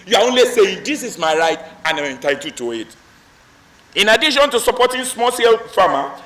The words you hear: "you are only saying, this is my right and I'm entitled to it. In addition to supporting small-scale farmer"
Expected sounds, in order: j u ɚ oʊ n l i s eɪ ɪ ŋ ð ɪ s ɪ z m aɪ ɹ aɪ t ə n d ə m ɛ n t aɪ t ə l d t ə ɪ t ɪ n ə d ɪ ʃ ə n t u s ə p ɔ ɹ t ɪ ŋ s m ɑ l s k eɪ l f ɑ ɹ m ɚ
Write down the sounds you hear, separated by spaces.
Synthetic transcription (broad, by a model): j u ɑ oʊ n l i s eɪ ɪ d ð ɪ s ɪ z m aɪ ɹ aɪ t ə n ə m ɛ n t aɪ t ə t ə ɪ t ɪ n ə d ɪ ʃ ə n t u s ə p ɔ t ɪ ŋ s m ɑ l s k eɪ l f ɑ m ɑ